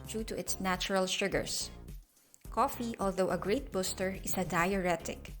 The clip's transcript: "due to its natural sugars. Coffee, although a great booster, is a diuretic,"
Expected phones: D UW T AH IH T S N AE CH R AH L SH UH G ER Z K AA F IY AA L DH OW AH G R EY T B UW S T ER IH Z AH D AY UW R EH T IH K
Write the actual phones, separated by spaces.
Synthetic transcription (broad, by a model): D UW T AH IH T S N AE CH R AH L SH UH G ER S K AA F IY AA L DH OW AH G R EY T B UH S T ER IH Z AH D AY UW R EH T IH K